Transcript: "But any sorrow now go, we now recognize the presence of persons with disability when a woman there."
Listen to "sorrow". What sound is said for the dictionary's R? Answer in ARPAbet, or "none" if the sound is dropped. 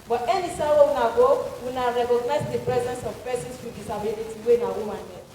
W